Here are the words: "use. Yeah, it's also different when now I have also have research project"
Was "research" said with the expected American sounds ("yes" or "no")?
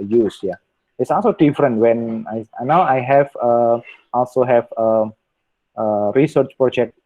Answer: yes